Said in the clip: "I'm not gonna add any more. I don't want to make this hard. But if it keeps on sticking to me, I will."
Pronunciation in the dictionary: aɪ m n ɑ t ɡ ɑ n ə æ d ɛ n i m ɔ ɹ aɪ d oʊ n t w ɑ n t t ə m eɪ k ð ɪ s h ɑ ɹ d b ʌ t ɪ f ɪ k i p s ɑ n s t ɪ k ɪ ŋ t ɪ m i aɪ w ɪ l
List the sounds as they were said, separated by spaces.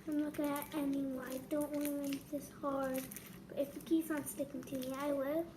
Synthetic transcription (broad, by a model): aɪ m l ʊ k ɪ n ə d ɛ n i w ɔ aɪ d oʊ n t w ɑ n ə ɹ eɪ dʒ ð ɪ s h ɑ ɹ d b ʌ t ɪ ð ɪ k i s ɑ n s t ɪ k ɪ ŋ t ɪ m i aɪ w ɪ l